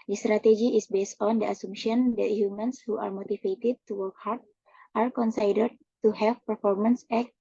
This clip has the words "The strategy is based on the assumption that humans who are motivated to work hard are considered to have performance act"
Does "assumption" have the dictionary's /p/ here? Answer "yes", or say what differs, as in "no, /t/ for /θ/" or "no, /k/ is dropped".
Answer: no, /p/ is dropped